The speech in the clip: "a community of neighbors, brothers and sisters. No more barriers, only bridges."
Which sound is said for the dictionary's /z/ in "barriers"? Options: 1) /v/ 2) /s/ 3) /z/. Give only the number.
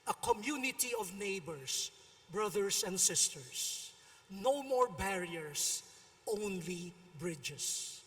2